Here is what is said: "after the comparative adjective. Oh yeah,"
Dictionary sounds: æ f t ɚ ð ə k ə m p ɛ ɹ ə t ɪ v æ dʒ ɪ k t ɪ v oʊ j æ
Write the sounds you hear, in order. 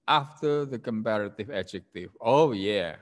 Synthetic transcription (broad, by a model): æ f t ɚ ð ə k ə m p ɛ ɹ ə t ɪ v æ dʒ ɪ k t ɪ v oʊ j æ